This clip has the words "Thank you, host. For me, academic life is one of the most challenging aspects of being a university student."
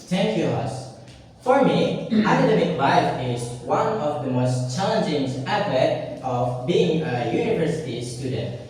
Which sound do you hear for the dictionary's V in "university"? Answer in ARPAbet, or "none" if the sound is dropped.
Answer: V